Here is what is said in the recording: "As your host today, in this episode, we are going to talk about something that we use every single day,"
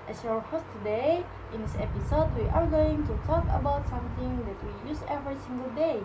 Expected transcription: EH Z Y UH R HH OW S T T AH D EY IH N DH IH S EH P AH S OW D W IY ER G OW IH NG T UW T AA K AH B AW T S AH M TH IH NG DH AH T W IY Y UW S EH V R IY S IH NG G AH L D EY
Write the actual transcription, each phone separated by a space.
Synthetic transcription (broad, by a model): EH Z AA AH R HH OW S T T AH D EY IH N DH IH S EH P AH S OW D W IY ER G OW IH NG T UW T AA K AH B AW T S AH M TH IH NG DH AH T W IY Y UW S EH V R IY S IH NG G AH L D EY